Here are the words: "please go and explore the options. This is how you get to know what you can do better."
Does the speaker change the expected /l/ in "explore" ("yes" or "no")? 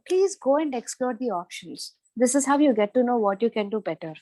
no